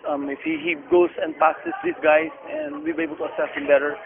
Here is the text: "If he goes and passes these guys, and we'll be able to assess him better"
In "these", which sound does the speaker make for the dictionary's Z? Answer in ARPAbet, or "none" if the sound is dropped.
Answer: S